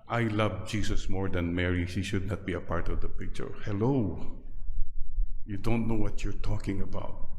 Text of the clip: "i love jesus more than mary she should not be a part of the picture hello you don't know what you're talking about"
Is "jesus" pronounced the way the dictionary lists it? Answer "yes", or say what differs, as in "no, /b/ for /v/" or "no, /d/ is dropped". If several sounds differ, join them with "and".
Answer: no, /s/ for /z/